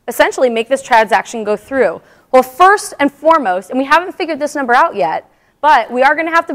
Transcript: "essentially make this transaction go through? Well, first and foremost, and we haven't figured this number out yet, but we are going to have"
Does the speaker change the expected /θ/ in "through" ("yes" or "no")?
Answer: no